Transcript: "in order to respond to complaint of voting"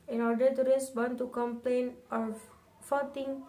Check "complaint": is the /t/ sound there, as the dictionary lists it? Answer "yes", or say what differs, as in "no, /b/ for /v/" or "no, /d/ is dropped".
no, /t/ is dropped